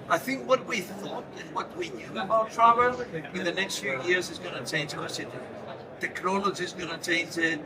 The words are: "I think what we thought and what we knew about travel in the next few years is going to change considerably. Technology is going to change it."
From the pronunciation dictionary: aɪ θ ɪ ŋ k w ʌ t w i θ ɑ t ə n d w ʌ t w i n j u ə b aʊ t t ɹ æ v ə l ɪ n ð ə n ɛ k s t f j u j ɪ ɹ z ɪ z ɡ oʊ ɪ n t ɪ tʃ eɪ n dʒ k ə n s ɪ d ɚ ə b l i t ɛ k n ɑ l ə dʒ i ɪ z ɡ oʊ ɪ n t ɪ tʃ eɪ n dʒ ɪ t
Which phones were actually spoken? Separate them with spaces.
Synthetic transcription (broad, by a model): aɪ θ ɪ ŋ k w ʌ t w i θ ɑ t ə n w ʌ t w i n j u ə b aʊ t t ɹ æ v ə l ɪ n ð ə n ɛ k s t f j u j ɪ ɹ z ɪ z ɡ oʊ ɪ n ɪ tʃ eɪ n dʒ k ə s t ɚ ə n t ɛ k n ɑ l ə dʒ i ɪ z ɡ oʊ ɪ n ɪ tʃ eɪ n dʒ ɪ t